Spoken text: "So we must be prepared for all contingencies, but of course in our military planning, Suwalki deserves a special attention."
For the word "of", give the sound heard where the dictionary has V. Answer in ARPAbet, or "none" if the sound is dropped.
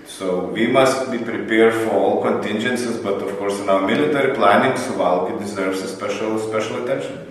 F